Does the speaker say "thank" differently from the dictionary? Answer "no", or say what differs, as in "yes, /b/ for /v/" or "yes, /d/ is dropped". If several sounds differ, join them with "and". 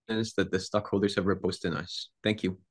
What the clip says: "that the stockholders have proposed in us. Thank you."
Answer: no